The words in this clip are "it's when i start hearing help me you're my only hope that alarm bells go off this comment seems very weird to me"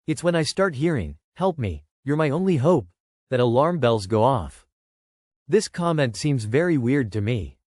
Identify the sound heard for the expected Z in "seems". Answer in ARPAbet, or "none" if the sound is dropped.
Z